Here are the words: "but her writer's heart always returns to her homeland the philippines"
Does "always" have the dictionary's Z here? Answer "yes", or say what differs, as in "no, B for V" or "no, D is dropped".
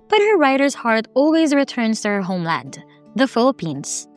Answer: yes